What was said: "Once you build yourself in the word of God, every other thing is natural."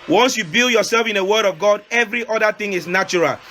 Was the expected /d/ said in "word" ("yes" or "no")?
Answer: yes